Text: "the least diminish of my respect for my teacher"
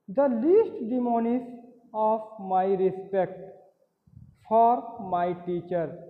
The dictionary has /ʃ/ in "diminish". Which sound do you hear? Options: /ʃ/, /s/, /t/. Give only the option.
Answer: /s/